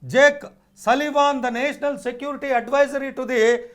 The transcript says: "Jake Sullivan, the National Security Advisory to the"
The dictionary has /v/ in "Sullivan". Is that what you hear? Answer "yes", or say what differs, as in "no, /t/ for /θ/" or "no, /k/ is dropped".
yes